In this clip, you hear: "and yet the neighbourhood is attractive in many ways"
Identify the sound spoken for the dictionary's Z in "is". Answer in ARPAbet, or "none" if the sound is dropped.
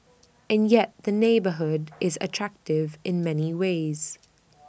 Z